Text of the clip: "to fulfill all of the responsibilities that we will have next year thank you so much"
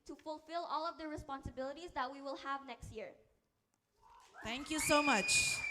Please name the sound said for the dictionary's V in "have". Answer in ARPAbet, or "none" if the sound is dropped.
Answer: V